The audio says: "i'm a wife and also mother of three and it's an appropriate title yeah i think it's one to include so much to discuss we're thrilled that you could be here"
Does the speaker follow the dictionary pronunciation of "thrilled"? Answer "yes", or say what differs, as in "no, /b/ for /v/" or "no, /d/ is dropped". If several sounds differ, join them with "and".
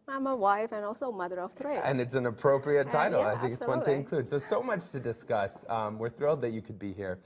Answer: yes